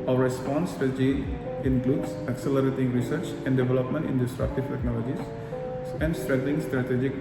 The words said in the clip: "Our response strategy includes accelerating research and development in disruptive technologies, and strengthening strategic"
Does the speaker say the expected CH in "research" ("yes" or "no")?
yes